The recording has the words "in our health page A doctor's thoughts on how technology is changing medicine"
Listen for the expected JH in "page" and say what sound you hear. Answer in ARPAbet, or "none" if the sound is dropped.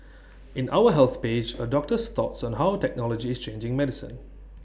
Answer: JH